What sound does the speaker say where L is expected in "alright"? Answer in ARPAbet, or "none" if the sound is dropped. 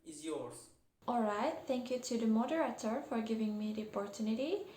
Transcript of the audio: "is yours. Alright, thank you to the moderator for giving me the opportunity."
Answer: L